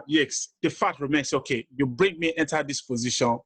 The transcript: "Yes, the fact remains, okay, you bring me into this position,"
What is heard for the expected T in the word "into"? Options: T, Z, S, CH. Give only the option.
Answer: T